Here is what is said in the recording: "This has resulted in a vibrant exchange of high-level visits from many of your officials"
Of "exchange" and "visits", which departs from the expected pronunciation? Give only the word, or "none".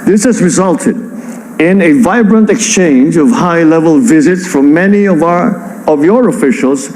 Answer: none